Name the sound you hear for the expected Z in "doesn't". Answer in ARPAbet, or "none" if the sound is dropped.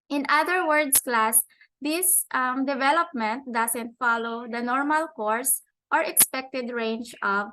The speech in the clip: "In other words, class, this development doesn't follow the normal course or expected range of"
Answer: S